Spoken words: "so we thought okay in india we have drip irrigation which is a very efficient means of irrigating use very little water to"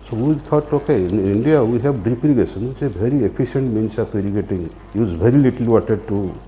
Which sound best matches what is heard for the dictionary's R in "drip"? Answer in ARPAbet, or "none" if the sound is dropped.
none